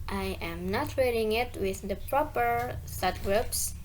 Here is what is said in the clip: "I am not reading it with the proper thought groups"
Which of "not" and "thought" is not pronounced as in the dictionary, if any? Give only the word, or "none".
thought